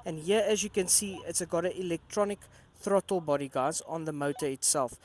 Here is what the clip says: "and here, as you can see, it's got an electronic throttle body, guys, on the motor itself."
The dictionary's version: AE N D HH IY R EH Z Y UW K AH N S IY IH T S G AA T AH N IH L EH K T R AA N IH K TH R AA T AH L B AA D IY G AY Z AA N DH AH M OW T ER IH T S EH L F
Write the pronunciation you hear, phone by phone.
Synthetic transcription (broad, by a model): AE N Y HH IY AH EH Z Y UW K AH N S IY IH T S G AA T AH IH L EH K T R AA N IH K TH R AA T AH L B AA D IY G AY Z AA N DH AH M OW T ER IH T S EH L F